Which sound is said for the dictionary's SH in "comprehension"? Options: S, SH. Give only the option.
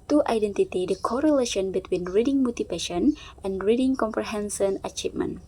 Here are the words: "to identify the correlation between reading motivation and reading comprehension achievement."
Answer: S